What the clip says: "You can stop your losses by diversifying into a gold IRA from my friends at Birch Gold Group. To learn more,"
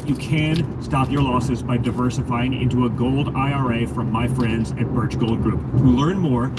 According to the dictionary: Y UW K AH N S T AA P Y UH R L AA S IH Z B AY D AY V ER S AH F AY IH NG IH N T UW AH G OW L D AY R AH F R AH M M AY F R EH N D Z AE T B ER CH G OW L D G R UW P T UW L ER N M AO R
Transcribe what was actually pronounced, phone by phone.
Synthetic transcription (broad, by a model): Y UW K AH N S T AA P Y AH R L AA S IH Z B AY D AY V ER S AH F AY IH NG IH N T UW AH G OW L D AY R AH F R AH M M AY F R EH N D Z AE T B ER CH G OW L D G R UW P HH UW L ER N M AO R